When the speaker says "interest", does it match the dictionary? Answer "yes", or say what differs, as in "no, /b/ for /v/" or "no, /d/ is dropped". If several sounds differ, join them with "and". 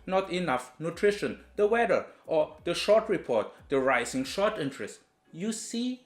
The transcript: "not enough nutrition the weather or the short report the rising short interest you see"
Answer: yes